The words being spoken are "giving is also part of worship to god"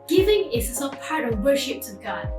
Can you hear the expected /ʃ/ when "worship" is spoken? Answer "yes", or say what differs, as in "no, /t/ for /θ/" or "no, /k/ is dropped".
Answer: yes